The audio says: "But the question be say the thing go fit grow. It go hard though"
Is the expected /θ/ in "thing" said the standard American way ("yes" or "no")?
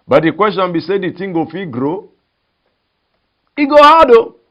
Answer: no